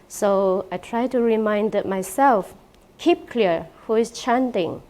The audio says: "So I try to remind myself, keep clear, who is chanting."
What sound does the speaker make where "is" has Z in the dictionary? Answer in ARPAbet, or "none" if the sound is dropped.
S